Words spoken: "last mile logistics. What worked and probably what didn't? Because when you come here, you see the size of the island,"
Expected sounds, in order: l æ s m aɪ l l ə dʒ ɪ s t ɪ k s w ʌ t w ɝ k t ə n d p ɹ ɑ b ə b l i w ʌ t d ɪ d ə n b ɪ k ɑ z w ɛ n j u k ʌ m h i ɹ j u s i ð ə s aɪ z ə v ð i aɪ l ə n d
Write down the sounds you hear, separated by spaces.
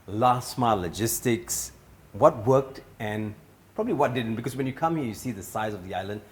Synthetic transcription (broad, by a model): l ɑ s m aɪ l l ə dʒ ɪ s t ɪ k s w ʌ t w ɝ k t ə n p ɹ ɑ b ə b l i w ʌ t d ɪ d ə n b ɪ k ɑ s w ɛ n j u k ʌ m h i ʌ j u s i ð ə s aɪ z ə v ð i aɪ l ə n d